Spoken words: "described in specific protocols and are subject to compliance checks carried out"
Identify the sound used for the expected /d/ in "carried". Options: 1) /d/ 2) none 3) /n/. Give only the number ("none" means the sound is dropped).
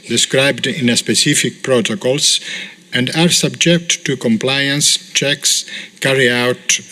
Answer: 2